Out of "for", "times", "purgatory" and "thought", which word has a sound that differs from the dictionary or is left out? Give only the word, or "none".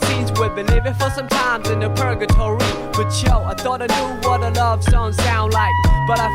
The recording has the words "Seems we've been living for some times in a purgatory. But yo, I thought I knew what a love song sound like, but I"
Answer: none